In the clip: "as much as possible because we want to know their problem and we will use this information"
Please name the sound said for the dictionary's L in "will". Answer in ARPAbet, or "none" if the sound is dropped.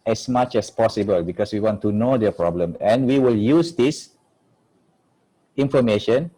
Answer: L